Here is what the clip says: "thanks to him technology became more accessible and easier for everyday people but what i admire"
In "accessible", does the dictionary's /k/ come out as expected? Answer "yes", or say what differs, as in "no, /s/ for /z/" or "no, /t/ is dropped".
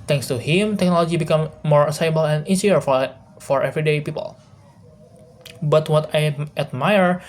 no, /k/ is dropped